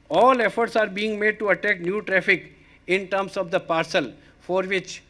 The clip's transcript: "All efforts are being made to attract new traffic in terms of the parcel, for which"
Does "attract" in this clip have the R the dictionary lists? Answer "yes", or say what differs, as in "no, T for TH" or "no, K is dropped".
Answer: no, R is dropped